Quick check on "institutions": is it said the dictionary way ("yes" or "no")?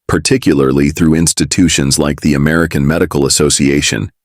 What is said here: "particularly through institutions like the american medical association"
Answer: yes